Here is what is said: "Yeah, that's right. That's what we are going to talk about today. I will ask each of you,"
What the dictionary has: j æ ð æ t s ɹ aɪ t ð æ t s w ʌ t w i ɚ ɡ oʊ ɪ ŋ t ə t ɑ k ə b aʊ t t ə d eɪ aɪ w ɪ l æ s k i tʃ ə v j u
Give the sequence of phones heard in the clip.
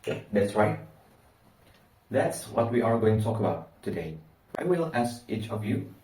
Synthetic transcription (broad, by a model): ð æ t s ɹ aɪ t ð æ t s w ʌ t w i ɚ ɡ oʊ ɪ ŋ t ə t ɑ k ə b aʊ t t ə d eɪ aɪ w ɪ l æ s k i tʃ ə v j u